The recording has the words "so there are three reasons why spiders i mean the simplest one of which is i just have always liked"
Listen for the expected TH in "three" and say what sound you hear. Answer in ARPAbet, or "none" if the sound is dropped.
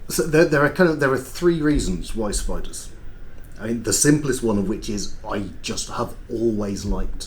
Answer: TH